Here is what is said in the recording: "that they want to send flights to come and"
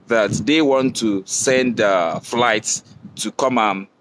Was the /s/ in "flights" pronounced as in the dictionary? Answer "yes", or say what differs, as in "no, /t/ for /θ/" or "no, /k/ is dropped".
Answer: yes